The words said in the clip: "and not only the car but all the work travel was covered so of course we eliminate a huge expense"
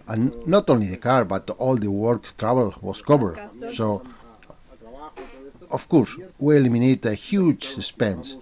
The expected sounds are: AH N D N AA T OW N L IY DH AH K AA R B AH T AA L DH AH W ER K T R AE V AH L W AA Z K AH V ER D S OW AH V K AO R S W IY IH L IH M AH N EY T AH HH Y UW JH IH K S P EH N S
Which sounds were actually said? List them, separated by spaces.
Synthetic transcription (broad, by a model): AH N N AA T OW N L IY DH AH K AA R B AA T AA L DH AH W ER K T R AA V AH L W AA S K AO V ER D S OW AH F K AO R S W IY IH L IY M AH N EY T AH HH Y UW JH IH S P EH N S